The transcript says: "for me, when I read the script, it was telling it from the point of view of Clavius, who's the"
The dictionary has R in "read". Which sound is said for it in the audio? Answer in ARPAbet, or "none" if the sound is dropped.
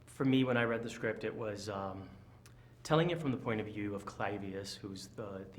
R